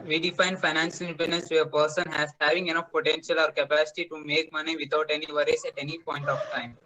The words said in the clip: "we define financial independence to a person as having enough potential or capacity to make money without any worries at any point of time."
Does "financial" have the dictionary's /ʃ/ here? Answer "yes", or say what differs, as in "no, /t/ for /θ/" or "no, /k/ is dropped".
no, /s/ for /ʃ/